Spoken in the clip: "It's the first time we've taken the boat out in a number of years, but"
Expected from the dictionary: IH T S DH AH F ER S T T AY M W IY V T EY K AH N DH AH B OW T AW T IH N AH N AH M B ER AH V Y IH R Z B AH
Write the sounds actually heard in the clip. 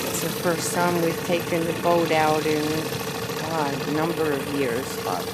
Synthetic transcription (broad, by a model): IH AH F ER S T S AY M W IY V T EY K AH N DH AH B OW T AW T IH N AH N AH M B ER AH V Y IH R Z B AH